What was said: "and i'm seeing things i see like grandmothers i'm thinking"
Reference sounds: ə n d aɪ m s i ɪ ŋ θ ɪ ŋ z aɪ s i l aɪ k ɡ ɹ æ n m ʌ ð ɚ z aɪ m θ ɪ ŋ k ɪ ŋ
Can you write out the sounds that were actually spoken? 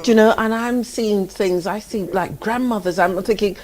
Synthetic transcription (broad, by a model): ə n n aɪ m s i ɪ ŋ θ ɪ ŋ z aɪ s i l aɪ k ɡ ɹ æ n m ʌ ð ɚ z aɪ m θ ɪ ŋ k ɪ ŋ